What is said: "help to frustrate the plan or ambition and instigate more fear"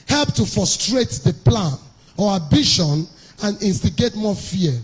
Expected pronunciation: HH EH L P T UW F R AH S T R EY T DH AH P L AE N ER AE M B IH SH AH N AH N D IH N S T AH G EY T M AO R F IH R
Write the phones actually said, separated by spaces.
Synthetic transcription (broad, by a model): HH EH L P T UW F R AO S T R EY T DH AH P L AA N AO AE B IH SH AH N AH N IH N S T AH G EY T M AO F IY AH